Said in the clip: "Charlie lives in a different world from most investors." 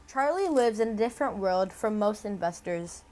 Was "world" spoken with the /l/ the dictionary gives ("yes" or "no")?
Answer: yes